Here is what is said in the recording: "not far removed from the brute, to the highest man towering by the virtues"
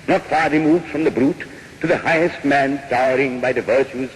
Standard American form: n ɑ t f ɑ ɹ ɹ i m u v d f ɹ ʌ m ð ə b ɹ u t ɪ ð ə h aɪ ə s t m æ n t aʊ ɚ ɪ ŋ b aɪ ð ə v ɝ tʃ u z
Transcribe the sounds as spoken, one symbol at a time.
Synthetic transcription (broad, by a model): n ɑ t f ɑ ɹ ɹ i m u v d f ɹ ʌ m ð ə b ɹ u t ɪ ð ə h aɪ ə s t m æ n t aʊ ɚ ɪ ŋ b aɪ ð ə v ɝ tʃ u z